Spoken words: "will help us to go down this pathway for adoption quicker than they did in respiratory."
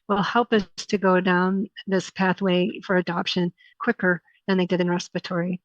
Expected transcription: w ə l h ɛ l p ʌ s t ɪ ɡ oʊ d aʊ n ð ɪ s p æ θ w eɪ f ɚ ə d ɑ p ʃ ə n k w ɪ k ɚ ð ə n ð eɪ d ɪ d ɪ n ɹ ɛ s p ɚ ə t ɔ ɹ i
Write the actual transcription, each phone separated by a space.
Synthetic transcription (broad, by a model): w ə l h ɛ l p ʌ s t ɪ ɡ oʊ d aʊ n ð ɪ s p æ θ w eɪ f ɚ ə d ɑ p ʃ ə n k w ɪ k ɚ ð ə n ð eɪ d ɪ d ɪ n ɹ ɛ s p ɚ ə t ɔ ɹ i